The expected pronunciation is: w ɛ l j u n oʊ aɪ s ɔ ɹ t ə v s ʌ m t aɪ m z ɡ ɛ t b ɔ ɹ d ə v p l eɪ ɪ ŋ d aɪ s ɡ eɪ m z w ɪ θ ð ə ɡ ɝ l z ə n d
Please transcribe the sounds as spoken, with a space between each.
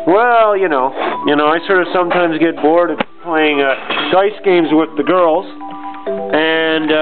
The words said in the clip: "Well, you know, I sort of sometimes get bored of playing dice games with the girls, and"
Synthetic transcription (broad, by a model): w ɛ l j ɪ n oʊ aɪ s ɔ ɹ t ə v s ʌ m t aɪ m z ɡ ɛ t b ɔ ɹ d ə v p l eɪ ɪ ŋ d aɪ s ɡ eɪ m z w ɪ ð ə ɡ ɝ l z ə n